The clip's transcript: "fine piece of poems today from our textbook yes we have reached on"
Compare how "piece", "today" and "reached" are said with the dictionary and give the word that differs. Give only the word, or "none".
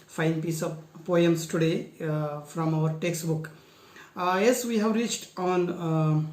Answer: none